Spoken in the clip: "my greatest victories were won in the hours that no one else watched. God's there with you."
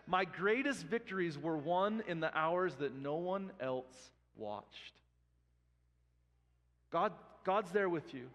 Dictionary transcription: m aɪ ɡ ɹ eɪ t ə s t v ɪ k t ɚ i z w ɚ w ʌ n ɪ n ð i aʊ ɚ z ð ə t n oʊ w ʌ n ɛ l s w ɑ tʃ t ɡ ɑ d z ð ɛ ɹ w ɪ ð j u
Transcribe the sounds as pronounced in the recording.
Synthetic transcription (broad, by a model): m aɪ ɡ ɹ eɪ t ə s t v ɪ k t ɚ i z w ɚ w ʌ n ɪ n ð i aʊ ɚ z ð ə t n oʊ w ʌ n ɛ l s w ɑ tʃ t ɡ ɑ d z ð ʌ ɹ w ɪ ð j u